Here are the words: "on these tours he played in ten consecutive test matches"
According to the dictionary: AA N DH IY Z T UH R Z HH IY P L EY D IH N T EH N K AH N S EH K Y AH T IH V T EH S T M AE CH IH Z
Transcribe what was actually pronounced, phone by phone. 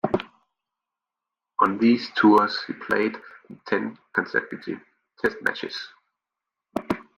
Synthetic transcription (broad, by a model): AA N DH IY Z T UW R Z HH IY P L EY IH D T EH N K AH N S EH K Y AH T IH T EH S T M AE CH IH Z